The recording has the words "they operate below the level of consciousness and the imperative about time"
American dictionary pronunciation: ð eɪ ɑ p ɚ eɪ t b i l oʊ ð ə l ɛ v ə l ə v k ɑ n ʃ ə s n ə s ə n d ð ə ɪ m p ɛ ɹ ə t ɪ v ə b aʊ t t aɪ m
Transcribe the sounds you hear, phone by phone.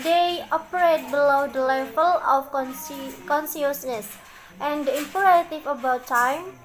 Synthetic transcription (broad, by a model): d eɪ ɑ p ɚ eɪ t b i l oʊ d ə l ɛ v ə l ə f k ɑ n s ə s n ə s ə n d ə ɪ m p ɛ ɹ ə t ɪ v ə b aʊ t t aɪ m